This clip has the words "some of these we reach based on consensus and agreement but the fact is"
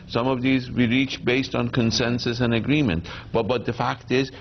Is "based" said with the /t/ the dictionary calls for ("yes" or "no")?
yes